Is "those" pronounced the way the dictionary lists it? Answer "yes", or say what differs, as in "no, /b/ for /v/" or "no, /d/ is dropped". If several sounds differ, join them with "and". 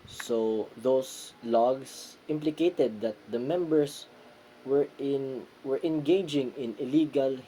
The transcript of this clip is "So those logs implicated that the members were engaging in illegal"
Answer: no, /s/ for /z/